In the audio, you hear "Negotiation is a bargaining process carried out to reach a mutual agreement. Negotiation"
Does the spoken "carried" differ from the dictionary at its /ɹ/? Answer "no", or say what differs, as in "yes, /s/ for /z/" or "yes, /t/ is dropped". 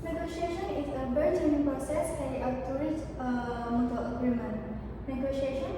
yes, /ɹ/ is dropped